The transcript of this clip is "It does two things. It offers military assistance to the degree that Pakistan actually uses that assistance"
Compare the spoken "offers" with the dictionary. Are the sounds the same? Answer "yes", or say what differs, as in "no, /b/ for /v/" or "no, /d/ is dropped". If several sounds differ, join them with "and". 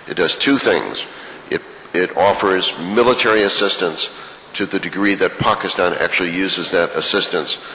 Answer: yes